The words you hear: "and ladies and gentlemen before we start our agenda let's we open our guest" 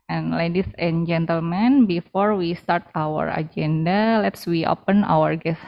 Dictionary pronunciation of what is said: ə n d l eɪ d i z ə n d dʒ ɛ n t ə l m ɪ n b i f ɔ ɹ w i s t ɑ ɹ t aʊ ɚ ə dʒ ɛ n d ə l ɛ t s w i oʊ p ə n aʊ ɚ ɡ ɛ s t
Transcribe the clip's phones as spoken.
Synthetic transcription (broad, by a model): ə n l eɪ d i s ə n dʒ ɛ n t ə l m ɪ n b i f ɔ ɹ w i s t ɑ ɹ t aʊ ɚ ə dʒ ɛ n d ə l ɛ t s w i oʊ p ə n aʊ ɚ ɡ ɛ s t